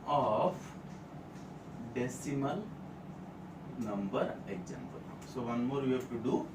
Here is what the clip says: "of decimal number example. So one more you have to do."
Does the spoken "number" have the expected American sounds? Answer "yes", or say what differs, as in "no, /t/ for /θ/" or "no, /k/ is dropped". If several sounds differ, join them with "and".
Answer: yes